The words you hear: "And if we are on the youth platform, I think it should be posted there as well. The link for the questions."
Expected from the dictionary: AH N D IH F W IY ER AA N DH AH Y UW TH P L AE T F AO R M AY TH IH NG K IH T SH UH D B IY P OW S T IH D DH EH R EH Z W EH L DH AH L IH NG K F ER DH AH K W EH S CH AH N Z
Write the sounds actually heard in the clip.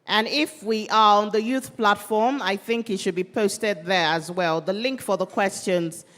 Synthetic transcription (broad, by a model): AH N IH F W IY ER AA N DH AH Y UW TH P L AE T F AO R M AY TH IH NG K IH T SH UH D B IY P OW S T IH D DH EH R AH Z W EH L DH AH L IH NG K F ER DH AH K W EH S CH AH N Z